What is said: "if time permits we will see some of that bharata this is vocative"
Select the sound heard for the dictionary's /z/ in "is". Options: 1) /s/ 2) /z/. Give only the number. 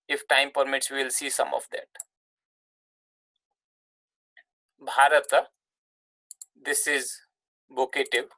2